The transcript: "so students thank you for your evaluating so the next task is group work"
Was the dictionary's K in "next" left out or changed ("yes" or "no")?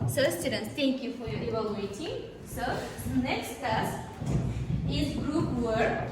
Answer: no